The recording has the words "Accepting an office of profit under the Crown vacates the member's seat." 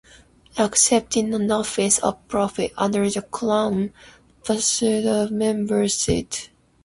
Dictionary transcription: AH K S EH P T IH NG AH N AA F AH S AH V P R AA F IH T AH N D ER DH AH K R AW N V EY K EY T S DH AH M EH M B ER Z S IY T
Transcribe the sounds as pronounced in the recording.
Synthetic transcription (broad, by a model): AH K S EH P T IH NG AH N AA F AH S AH V P R AA F IH T AH N D ER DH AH K L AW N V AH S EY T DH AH M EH M B ER S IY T